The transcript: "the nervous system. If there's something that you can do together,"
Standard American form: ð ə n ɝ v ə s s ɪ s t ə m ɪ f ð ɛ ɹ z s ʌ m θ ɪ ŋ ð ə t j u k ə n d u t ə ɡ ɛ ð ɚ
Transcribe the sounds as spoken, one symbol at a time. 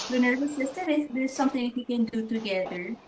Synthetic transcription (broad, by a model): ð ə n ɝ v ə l s ɪ s t ə m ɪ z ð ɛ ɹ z s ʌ m t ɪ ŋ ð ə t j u k ə n d u t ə ɡ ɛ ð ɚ